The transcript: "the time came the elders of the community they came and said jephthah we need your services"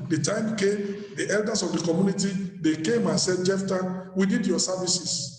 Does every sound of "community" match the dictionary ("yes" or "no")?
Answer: yes